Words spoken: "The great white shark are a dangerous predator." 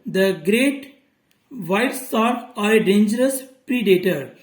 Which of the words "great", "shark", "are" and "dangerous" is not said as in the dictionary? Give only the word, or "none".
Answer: shark